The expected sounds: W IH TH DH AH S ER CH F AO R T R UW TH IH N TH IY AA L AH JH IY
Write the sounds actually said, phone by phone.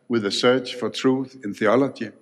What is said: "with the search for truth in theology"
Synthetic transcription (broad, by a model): W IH DH AH S ER CH F AO R T R UW TH IH N TH IY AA L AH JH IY